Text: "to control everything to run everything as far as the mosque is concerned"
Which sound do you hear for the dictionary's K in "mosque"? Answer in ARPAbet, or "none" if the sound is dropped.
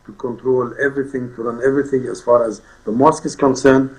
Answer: K